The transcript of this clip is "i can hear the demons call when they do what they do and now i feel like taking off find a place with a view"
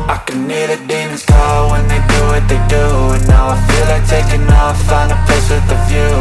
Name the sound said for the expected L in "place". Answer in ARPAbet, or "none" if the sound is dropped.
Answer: none